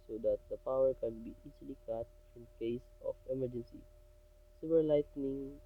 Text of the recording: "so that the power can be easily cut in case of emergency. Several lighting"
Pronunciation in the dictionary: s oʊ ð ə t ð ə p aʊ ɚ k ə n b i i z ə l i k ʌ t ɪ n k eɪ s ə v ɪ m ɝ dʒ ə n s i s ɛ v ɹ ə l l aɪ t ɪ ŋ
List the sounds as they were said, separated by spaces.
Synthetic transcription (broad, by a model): s oʊ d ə t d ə p aʊ ɚ k ə n b i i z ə l i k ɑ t ɪ n k eɪ s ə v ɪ m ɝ dʒ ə n s i s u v ə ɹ l aɪ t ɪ ŋ